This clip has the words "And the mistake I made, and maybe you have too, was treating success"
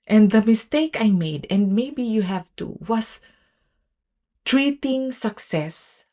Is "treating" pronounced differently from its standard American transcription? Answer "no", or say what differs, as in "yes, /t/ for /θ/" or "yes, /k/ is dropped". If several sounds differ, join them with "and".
no